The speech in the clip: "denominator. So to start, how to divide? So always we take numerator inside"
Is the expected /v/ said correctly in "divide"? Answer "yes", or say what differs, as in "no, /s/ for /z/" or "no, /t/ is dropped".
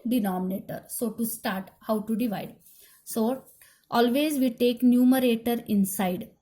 yes